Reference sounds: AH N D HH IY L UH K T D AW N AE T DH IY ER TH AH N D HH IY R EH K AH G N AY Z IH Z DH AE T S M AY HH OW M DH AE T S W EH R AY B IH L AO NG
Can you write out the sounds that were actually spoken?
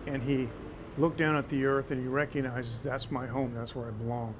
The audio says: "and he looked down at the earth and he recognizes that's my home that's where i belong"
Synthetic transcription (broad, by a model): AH N IY L UH K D AW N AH T DH IY ER TH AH N IY R EH K AH G N AY Z IH Z DH AE T S M AY HH OW M DH AE T S W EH R AY B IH L AO NG